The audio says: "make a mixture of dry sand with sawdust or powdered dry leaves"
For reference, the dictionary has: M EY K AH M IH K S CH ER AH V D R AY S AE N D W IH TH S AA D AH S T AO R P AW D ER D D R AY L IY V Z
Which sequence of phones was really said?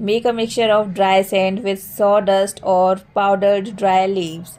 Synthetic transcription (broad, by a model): M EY K AH M IH K S CH ER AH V D R AY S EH N D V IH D S AA D AH S T AO R P AW D ER D D R AY L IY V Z